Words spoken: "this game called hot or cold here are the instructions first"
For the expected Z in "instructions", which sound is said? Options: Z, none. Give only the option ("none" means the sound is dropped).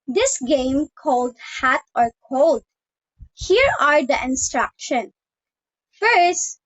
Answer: none